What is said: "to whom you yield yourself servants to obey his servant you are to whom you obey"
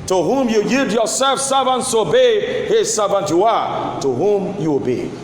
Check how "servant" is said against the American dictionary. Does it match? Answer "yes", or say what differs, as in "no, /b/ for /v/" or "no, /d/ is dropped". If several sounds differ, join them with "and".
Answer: yes